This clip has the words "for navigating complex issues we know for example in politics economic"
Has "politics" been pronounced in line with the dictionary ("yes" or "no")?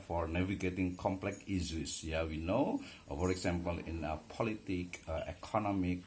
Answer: no